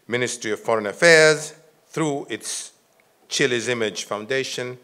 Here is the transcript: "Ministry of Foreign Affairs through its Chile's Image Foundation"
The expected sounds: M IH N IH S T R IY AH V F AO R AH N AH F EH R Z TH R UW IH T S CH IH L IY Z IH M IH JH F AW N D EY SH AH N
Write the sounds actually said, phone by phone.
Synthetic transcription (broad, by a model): M IH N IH S T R IY AH V F AO R AH N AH F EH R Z TH R UW IH T S CH IH L IY Z IH M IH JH F AW N D EY SH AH N